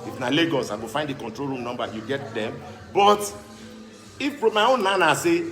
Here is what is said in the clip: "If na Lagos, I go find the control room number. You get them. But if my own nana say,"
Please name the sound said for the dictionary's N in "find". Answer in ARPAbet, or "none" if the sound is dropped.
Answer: N